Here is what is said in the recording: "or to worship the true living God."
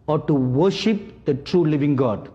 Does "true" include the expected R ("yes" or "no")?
yes